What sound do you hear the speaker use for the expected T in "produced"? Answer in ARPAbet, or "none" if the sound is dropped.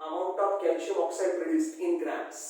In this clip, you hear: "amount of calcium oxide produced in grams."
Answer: T